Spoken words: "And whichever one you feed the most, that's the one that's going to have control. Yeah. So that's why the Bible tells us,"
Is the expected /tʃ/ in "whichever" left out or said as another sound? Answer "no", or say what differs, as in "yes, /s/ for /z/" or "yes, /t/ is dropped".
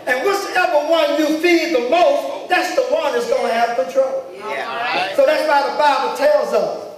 yes, /s/ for /tʃ/